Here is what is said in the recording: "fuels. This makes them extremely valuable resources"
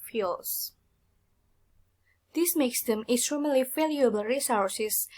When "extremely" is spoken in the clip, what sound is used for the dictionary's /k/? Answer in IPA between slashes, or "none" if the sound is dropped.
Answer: none